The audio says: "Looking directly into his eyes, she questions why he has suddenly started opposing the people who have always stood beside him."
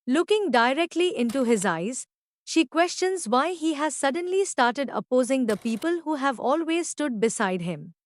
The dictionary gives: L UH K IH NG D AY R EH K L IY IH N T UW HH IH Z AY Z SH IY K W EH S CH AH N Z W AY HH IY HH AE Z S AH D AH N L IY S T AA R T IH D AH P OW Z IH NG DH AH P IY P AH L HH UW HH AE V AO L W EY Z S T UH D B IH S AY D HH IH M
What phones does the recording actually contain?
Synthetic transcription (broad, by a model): L UH K IH NG D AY R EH K L IY IH N T UW HH IH Z AY Z SH IY K W EH S CH AH N Z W AY HH IY HH AE Z S AH D AH N L IY S T AA R T IH D AH P OW Z IH NG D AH P IY P AH L HH UW HH AE V AO L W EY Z S T UH D B IH S AY D HH IH M